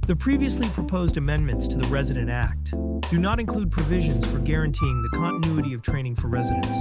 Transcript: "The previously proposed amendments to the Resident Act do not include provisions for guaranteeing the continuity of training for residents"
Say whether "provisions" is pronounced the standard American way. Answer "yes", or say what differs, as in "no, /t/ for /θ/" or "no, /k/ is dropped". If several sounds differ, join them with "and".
yes